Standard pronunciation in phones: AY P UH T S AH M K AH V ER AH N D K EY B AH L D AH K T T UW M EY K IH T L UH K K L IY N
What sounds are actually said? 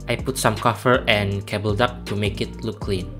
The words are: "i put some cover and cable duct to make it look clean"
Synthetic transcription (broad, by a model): AY P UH T S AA M K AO F ER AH N K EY B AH L D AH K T T UW M EY K IH T L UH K K L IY N